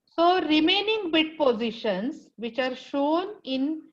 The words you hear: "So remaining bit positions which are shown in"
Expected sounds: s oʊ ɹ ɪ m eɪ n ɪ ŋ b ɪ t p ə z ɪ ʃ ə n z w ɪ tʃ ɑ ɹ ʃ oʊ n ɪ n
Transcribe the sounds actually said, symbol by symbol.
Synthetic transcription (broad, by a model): s oʊ ɹ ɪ m eɪ n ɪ ŋ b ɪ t p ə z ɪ ʃ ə n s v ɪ tʃ ɑ ɹ ʃ oʊ n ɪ n